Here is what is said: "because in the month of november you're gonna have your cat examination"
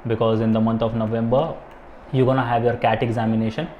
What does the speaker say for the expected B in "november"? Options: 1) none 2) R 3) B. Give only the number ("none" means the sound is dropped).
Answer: 3